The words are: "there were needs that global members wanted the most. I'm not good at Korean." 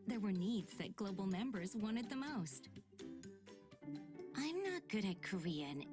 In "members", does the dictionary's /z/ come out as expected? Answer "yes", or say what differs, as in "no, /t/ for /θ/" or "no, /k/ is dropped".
yes